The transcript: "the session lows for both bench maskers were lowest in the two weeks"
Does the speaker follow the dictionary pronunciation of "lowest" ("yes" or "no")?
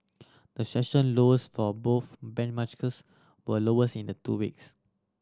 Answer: no